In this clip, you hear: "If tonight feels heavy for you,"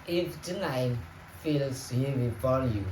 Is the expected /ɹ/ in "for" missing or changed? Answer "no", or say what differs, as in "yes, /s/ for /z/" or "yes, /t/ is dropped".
yes, /l/ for /ɹ/